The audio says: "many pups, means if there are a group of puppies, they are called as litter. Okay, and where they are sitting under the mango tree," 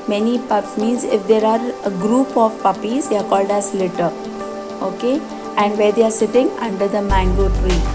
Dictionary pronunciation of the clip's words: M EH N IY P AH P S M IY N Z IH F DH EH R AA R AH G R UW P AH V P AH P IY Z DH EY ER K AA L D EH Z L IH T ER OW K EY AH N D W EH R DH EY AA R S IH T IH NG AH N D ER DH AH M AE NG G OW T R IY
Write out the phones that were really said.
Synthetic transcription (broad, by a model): M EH N IY P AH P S M IY N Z IH F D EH R AA R AH G R UW P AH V P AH P IY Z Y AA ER K AA L D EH S L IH T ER OW K EY AH N D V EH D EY AA R S IH T IH NG AH N D ER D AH M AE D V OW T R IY